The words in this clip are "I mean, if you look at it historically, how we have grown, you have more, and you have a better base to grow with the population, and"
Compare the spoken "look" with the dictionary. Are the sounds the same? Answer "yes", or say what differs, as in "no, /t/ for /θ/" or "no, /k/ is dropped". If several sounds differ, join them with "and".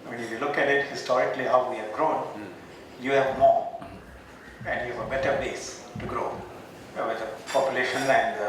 yes